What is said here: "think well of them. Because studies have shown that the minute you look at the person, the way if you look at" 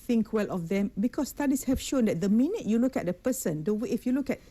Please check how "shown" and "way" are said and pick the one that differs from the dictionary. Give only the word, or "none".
none